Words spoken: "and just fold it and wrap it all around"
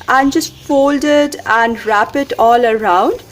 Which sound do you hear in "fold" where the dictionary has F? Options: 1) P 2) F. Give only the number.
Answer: 2